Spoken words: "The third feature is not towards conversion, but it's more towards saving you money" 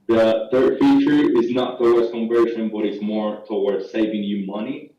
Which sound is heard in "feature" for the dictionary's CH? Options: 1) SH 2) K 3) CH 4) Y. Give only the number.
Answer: 3